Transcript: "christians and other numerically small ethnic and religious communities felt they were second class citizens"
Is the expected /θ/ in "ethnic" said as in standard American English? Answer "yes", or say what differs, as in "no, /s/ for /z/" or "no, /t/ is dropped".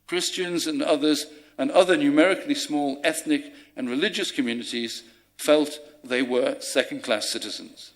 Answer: yes